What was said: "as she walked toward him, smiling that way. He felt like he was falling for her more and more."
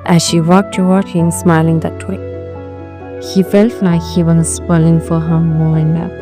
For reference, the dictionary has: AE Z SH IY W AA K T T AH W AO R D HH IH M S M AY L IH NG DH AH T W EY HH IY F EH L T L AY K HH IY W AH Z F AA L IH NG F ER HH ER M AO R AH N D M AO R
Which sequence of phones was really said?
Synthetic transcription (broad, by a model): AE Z SH IY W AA K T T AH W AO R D HH IH M S M AY L IH NG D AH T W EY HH IY F EH L T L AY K HH IY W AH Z P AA L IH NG F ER HH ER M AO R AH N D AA